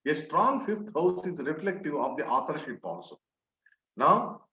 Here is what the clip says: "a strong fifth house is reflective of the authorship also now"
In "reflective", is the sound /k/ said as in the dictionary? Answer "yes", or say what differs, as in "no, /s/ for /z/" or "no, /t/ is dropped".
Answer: yes